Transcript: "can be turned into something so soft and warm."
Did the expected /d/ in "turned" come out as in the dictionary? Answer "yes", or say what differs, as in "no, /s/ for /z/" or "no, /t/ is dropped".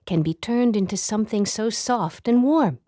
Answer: yes